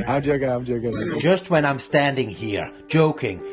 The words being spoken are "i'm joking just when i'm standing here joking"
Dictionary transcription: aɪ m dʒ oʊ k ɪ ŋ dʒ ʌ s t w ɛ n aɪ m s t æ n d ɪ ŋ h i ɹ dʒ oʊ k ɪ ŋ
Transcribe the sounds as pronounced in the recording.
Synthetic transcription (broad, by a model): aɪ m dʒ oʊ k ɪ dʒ dʒ ʌ s t w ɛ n aɪ m s t æ n d ɪ ŋ h i ɹ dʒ oʊ k ɪ ŋ